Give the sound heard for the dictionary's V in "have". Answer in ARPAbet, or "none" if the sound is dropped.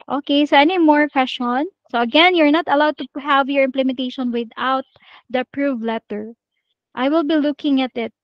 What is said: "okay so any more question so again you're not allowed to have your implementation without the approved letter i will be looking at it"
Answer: V